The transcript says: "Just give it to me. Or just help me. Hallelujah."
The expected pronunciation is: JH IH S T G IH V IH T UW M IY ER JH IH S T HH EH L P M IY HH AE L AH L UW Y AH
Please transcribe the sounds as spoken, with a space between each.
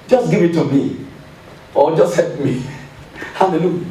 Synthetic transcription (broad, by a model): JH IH S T G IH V IH T UW M IY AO JH IH S T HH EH P M IY HH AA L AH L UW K